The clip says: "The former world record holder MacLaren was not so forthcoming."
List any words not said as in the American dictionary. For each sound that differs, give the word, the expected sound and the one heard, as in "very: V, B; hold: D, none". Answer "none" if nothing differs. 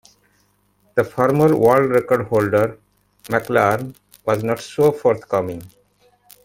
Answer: forthcoming: TH, T